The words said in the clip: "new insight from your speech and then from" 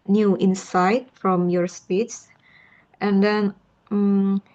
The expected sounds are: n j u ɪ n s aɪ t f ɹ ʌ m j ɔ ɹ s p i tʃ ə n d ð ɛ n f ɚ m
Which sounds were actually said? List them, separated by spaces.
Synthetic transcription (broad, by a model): n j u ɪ n s aɪ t f ɹ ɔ m j ɔ ɹ s p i s ə n d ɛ n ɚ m